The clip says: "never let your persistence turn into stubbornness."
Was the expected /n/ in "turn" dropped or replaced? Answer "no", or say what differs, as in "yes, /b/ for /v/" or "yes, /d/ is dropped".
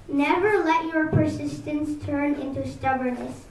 no